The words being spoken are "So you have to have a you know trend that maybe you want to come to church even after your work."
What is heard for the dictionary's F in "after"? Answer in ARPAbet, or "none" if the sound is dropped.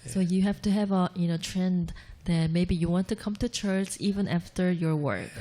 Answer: F